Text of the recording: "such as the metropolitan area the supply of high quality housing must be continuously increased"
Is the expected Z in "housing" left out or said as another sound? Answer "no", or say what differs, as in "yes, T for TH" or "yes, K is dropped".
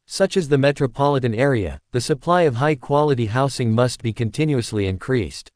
yes, S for Z